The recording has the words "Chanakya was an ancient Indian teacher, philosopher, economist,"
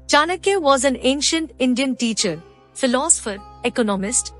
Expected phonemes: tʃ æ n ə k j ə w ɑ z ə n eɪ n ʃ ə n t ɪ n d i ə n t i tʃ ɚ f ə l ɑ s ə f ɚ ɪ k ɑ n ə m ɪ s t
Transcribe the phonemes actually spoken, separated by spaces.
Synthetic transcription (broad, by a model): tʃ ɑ n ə k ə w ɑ z ə n eɪ n ʃ ə n t ɪ n d i ə n t i tʃ ɚ f ə l ɑ s ə f ɚ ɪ k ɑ n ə m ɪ s t